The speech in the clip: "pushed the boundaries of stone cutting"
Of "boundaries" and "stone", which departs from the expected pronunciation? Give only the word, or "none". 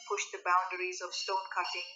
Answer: none